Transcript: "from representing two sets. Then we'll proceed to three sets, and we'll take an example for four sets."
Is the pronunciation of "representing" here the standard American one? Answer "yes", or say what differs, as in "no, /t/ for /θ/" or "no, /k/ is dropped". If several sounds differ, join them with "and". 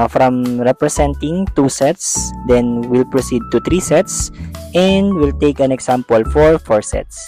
no, /s/ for /z/